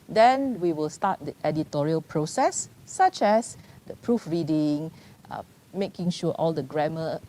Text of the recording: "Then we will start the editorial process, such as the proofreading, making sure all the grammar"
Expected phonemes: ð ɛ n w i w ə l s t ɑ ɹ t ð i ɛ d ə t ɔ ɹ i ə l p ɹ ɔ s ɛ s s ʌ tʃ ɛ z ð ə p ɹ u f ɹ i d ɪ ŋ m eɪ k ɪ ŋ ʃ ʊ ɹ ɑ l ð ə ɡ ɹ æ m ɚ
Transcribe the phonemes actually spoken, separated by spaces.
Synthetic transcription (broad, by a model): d ɛ n w i w ə l s t ɑ t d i ɛ d ə t ɔ ɹ i ə l p ɹ ɔ s ɛ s s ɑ tʃ ɛ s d ə p ɹ u f ɹ i d ɪ ŋ m eɪ k ɪ ŋ ʃ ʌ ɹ ɑ l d ə ɡ ɹ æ m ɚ